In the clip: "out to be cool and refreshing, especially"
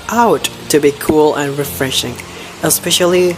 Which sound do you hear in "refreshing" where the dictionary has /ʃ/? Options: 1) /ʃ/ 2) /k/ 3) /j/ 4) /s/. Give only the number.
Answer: 1